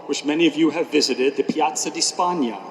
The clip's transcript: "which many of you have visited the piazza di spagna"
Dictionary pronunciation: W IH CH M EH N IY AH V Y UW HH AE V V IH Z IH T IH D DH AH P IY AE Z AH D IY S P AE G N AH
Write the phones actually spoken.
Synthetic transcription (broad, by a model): W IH CH M EH N IY AH V Y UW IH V V IH Z IH T IH D DH AH P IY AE S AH D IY S P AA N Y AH